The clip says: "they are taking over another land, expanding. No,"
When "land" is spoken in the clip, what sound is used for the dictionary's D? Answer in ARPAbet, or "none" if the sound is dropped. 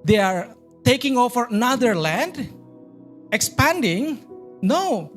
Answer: D